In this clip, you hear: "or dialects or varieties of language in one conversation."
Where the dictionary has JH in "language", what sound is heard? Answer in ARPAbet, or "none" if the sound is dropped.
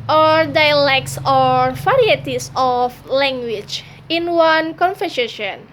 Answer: CH